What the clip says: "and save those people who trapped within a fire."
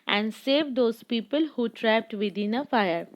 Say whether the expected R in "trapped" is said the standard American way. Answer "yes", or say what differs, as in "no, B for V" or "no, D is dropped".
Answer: yes